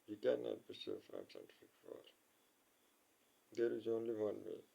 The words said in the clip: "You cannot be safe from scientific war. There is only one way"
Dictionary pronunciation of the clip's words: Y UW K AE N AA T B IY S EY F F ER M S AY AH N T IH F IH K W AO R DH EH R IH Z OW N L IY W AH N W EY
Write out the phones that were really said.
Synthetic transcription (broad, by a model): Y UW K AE N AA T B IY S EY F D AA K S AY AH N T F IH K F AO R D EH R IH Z OW N L IY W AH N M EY